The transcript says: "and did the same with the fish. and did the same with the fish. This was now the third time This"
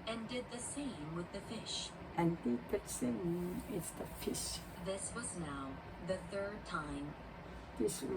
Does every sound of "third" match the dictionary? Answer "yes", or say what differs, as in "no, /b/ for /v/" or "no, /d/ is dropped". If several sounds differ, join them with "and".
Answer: yes